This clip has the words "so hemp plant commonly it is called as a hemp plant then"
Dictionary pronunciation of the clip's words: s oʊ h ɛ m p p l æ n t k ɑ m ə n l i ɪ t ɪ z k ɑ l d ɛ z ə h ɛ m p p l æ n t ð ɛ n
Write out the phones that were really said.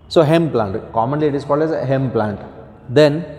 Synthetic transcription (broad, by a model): s oʊ h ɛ m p p l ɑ n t k ɑ m ə n l i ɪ t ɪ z k ɑ l d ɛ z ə h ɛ m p p l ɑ n t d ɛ n